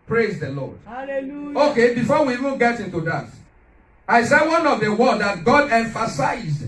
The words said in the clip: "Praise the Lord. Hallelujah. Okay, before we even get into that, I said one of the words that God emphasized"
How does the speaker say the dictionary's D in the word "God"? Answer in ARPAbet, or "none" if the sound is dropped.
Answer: D